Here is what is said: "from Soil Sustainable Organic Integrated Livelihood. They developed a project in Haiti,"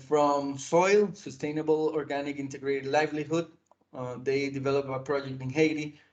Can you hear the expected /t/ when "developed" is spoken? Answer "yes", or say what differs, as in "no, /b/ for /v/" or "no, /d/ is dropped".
no, /t/ is dropped